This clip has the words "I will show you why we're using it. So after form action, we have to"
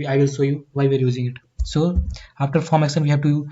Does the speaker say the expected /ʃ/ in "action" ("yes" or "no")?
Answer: no